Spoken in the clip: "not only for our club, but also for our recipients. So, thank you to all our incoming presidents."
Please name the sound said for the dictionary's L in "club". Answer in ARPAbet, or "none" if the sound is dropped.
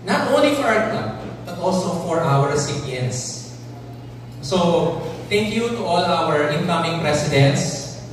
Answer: none